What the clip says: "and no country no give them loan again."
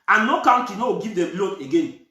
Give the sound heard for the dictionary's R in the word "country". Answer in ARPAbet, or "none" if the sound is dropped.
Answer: none